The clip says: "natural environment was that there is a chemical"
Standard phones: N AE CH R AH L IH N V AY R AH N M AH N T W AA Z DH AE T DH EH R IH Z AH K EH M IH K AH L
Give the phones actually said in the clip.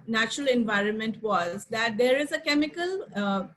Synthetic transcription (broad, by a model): N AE CH R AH L IH N V AY R AH N M AH N T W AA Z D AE T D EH R IH Z AH K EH M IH K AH L